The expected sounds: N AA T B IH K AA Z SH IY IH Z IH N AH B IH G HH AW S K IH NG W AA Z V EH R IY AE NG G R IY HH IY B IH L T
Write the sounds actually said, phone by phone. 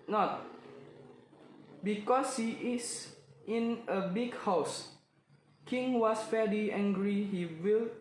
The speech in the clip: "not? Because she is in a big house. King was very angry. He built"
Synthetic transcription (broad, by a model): N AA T B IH K AA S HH IY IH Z IH N AH B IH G HH AW S K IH NG W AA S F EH L IY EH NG G R IY HH IY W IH L